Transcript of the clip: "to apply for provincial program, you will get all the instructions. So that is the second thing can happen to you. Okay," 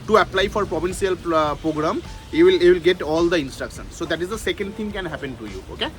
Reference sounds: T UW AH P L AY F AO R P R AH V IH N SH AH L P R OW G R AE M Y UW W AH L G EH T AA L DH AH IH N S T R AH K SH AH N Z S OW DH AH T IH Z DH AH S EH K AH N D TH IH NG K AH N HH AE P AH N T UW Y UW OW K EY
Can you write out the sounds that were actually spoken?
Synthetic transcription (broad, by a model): T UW AH P L AY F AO R P R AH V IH N S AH L P R OW G R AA M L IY W AH L G EH T AA L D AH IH N S T R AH K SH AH N S OW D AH T IH Z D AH S EH K AH N D T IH NG K AH N HH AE P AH N T UW Y UW OW K EY